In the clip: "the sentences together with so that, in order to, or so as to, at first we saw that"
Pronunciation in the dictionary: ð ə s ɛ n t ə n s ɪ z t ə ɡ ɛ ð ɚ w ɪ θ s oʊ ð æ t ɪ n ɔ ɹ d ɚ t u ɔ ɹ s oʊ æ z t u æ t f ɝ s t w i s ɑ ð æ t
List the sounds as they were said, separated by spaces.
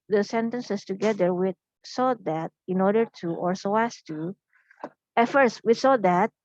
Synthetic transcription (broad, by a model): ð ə s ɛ n t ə n s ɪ s t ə ɡ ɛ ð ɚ w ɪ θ s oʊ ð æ t ɪ n ɔ ɹ d ɚ t u ɔ ɹ s oʊ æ s t u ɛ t f ɝ s t w i s ɑ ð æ t